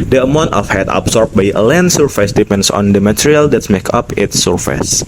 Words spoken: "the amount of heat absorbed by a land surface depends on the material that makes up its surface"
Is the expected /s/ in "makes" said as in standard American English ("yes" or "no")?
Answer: no